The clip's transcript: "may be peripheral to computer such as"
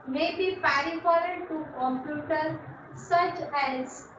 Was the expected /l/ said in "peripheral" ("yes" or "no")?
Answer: no